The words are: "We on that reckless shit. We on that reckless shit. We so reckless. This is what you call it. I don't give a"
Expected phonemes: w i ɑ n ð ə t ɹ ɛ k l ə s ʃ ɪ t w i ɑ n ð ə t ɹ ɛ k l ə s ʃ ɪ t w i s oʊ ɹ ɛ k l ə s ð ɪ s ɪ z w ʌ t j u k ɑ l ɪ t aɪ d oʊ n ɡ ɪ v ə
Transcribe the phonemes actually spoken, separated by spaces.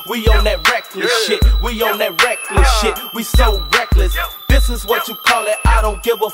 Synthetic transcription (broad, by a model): w i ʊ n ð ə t ɹ ɛ k l ə s ʃ ɪ t w i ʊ n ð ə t ɹ ɛ k l ə s ʃ ɪ t w i s oʊ ɹ ɛ k l ə s ð ɪ s ɪ z w ʌ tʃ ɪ k ɑ l ɪ t aɪ d oʊ n ɡ ɪ v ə